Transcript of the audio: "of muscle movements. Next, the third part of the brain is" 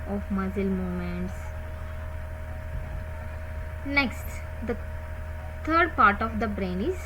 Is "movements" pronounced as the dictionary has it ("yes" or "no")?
no